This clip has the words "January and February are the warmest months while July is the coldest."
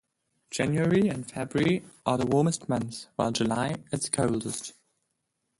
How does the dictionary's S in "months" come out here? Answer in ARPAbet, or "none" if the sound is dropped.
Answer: none